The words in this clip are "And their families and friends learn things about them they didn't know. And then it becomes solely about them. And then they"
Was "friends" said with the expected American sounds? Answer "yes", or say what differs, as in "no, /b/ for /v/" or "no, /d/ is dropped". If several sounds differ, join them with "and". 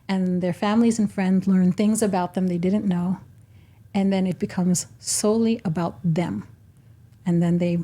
yes